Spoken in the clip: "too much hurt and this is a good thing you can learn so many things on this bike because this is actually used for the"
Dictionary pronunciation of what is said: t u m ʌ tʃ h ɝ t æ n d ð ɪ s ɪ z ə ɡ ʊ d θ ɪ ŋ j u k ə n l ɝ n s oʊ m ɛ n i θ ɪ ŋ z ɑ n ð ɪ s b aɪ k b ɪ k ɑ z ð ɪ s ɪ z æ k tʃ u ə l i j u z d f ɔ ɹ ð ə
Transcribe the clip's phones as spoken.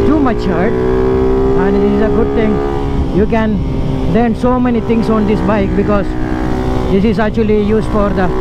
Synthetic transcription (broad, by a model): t u m ʌ tʃ h ɝ t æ n d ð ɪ s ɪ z ə ɡ ʊ d t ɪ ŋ j u k ə n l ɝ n s oʊ m ɛ n i t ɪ ŋ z ɑ n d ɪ s b aɪ k b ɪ k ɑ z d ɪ s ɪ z æ k tʃ u ə l i j u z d f ɔ ɹ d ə